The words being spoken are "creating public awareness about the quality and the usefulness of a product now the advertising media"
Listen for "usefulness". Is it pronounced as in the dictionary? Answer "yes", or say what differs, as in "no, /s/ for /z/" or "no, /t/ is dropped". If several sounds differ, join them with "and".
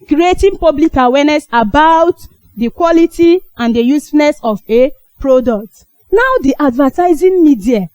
no, /l/ is dropped